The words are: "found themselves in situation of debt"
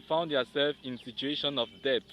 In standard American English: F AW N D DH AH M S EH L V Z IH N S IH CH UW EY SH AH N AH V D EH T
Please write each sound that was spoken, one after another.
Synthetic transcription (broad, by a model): F AW N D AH S EH L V IH N S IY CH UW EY SH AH N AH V D EH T